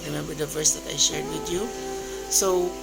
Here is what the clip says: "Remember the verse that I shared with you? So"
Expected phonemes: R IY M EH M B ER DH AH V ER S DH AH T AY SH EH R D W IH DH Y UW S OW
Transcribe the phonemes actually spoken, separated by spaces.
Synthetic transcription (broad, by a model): R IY M EH M B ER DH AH V ER S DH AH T AY SH EH R D W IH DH Y UW S OW